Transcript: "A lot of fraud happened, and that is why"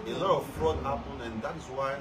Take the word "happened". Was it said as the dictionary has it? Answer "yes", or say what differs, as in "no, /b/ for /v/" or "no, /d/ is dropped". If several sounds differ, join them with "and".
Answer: no, /d/ is dropped